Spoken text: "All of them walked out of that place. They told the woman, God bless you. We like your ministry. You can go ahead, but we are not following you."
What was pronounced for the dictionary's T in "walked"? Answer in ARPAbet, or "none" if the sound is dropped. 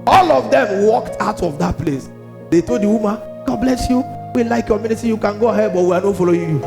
T